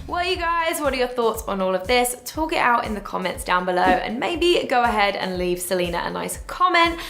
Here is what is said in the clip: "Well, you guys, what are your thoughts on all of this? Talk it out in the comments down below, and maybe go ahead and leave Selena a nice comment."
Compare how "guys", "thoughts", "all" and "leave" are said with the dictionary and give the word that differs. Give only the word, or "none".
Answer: none